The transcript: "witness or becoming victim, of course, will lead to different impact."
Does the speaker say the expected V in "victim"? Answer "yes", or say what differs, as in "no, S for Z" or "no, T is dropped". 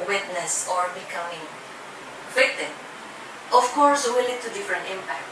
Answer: no, W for V